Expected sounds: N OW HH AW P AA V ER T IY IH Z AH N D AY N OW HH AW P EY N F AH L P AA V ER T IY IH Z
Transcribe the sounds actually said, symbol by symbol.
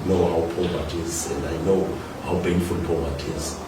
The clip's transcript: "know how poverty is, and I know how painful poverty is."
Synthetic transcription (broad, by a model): N OW HH AW P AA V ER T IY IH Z AH N D AY N OW HH AW B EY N F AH L P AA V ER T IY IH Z